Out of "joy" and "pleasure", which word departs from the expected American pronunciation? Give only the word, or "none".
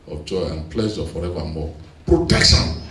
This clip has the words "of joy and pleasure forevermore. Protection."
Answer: pleasure